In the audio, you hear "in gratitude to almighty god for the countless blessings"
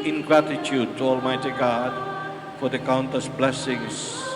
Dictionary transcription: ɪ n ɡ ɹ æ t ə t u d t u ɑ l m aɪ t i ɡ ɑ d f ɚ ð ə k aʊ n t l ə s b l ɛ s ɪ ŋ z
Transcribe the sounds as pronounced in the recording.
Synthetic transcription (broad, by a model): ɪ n ɡ ɹ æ t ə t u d t u ɑ l m aɪ t i ɡ ɑ d f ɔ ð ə k aʊ n t ə s b l ɛ s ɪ ŋ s